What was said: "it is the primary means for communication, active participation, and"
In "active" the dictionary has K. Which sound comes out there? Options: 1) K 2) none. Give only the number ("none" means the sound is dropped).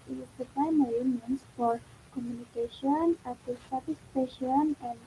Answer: 2